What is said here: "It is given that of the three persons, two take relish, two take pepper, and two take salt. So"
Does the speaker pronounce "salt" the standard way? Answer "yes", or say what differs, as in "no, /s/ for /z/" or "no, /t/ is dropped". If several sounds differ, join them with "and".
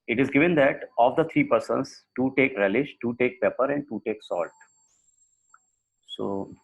yes